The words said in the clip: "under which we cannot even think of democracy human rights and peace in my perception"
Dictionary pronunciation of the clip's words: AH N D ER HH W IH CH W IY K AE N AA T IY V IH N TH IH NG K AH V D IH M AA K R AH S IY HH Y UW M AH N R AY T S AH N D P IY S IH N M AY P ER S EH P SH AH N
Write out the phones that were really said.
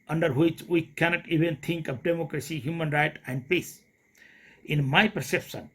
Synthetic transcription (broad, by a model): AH N D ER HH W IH CH W IY K AE N AA T IY V IH N T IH NG K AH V D IH M AA K R AH S IY HH Y UW M AH N R AY T AH N D P IY S IH N M AY P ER S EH P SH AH N